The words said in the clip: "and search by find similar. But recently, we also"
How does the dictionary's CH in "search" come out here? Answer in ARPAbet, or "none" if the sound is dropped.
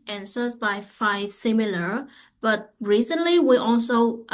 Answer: S